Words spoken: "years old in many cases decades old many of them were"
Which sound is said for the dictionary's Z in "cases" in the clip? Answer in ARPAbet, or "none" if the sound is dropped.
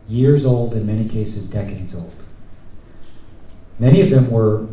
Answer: Z